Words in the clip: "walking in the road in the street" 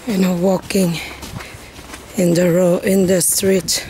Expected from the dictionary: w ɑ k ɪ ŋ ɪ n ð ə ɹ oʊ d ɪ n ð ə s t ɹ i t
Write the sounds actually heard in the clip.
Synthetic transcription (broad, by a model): w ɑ k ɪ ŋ ɪ n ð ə ɹ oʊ ɪ n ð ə s t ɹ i t